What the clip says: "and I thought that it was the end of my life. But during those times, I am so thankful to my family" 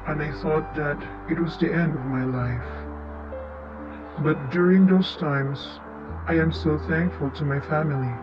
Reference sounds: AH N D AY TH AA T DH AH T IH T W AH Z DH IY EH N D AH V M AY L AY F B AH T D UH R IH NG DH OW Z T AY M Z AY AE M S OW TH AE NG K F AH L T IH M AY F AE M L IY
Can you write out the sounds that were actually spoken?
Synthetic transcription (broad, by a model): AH N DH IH TH AA T DH AH T IH T W AH Z DH IY EH N D AH V M AY L AY F B AH T D UH R IH NG DH OW Z T AY M Z AY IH M S OW TH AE NG K F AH L T IH M AY F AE M L IY